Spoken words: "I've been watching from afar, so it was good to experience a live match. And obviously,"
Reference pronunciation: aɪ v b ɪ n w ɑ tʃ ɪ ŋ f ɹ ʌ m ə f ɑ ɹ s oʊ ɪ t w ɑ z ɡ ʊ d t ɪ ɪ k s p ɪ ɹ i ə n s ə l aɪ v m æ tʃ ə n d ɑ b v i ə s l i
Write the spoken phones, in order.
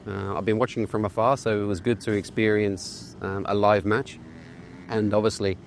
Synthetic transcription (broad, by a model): aɪ v b ɪ n w ɑ tʃ ɪ ŋ f ɹ ʌ m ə f ɑ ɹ s oʊ ɪ t w ɑ z ɡ ʊ d t ɪ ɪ k s p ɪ ɹ i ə n s ə l aɪ v m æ tʃ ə n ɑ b v i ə s l i